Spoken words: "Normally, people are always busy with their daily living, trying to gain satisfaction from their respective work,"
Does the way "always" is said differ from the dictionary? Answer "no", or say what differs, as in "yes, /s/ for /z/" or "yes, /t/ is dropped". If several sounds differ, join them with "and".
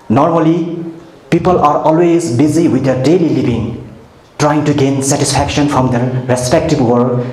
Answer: no